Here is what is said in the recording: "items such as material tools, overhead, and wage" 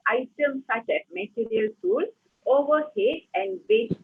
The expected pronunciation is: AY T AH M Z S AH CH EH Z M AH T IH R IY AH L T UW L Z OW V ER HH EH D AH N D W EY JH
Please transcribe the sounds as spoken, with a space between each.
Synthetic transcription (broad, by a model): AY T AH M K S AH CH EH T M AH T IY R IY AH L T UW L OW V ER HH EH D AH N D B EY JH